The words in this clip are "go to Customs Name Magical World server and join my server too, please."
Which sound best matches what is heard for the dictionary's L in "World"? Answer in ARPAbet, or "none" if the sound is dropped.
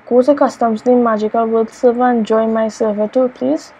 none